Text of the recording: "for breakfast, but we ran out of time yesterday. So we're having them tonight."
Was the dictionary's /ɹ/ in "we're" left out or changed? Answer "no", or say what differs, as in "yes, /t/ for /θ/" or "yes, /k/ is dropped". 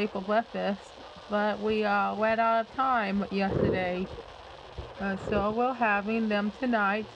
yes, /l/ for /ɹ/